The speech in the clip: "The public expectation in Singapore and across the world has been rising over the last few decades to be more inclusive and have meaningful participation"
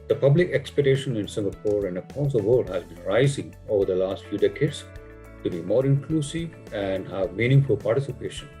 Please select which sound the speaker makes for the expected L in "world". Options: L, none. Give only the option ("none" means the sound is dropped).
none